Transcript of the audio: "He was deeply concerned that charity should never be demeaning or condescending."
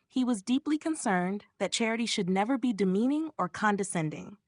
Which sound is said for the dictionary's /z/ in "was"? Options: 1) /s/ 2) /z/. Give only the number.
2